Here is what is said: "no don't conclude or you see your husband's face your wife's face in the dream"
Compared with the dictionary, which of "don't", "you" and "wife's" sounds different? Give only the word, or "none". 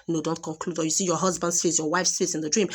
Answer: none